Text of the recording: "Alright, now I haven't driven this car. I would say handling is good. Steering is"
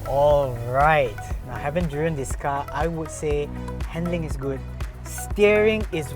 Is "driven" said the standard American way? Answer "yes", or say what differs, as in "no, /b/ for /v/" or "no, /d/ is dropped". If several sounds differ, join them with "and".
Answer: no, /v/ is dropped